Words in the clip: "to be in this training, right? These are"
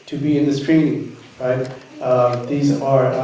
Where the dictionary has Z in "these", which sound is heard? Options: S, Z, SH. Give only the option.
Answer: Z